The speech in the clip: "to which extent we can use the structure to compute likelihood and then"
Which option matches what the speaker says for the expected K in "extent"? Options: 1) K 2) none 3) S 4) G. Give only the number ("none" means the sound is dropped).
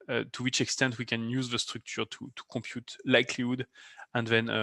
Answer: 1